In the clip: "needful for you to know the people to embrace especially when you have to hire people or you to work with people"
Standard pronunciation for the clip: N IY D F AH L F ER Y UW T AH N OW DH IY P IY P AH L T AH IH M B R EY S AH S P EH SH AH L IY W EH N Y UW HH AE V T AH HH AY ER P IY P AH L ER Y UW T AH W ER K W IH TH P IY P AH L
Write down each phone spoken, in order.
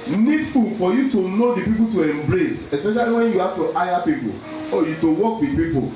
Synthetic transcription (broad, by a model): N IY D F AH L F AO Y UW T AH N OW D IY P IY P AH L T AH IH M B R EY S AH S P EH SH AH L IY W EH N Y UW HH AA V T AH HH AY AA P IY P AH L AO Y UW T AH W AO K W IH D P IY P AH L